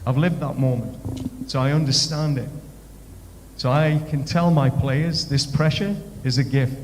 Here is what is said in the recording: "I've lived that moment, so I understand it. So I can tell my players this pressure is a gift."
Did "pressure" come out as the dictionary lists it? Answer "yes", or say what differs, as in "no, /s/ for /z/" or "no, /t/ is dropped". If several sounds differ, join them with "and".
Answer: yes